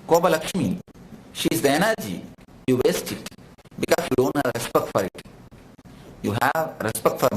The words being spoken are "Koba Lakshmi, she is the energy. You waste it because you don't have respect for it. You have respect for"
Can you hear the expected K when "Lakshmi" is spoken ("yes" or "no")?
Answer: yes